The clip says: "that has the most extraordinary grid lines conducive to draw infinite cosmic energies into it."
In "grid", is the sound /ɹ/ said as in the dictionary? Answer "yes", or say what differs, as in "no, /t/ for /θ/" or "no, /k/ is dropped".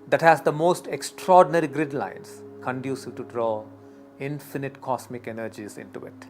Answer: yes